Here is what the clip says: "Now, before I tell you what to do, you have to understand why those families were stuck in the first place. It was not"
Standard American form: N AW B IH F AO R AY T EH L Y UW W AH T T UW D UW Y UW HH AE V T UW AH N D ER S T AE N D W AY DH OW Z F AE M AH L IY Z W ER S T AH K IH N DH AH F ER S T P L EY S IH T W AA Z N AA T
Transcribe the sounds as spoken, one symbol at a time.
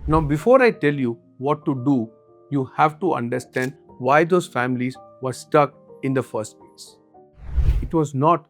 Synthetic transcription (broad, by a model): N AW B IH F AO R AY T EH L Y UW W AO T T UW D UW Y UW HH AE V T UW AH N D ER S T AE N D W AY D OW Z F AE M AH L IY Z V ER S T AH K IH N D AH F ER S T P EY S IH T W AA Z N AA T